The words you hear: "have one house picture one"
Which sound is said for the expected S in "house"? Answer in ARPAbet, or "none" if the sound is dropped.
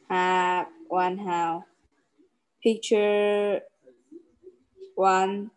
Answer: none